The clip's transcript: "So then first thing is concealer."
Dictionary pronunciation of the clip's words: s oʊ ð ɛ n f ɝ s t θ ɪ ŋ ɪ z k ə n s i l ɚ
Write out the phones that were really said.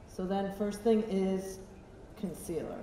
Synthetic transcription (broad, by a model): s oʊ ð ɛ n f ɝ s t θ ɪ ŋ ɪ z k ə n s i l ɚ